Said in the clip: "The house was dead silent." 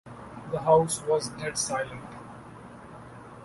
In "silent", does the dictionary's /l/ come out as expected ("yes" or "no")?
yes